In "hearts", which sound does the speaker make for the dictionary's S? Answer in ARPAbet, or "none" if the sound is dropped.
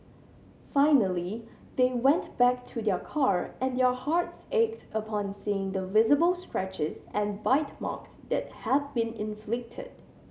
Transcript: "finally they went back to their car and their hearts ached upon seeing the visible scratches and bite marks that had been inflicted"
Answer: S